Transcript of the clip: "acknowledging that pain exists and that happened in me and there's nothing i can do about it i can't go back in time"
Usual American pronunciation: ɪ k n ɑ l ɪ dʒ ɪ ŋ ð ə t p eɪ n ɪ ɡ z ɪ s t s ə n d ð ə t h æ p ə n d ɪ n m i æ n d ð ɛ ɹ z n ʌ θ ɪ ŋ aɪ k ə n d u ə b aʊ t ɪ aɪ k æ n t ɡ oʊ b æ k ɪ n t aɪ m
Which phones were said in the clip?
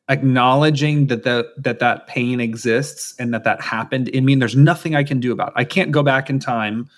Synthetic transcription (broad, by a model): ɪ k n ɑ l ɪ dʒ ɪ ŋ ð ə t p eɪ n ɪ ɡ z ɪ s t s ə n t ð ə t h æ p ə n d ɪ n m i n ð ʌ ɹ z n ʌ θ ɪ ŋ aɪ k ə n d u ə b aʊ t ɪ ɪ k æ n ɡ oʊ b æ k ɪ n t aɪ m